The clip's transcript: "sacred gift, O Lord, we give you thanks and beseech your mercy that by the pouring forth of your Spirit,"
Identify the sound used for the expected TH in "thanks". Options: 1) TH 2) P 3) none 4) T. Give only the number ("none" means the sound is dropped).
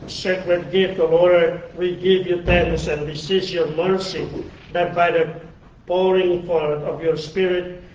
4